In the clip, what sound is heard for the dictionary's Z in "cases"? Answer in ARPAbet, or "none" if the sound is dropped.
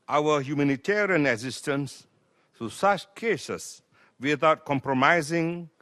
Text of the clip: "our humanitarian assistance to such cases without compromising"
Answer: S